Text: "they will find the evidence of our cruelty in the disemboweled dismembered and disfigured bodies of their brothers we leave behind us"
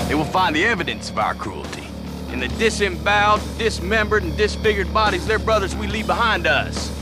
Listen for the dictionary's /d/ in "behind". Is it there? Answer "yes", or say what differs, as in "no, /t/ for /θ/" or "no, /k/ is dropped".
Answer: yes